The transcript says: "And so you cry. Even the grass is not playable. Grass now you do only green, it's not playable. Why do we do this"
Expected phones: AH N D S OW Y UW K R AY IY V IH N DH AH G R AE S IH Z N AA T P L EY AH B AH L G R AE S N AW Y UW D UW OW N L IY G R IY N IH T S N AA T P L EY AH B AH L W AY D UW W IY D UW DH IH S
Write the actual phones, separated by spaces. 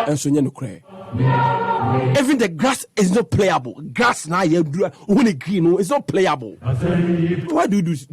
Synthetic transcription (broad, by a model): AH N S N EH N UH K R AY IY V IH N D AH G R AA S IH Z N AA T P L EY AH B AH L G R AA S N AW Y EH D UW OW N IY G R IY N IH T S N AA T P L EY AH B AH L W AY D UW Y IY D UW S